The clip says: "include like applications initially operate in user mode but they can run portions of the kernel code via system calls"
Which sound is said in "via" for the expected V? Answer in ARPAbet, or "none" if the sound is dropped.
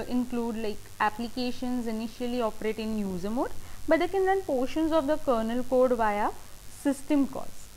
V